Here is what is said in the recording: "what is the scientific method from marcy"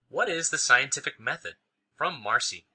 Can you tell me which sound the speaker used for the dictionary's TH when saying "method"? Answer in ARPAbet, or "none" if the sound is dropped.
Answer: TH